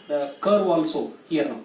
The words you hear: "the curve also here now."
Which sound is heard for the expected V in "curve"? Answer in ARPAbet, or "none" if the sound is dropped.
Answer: W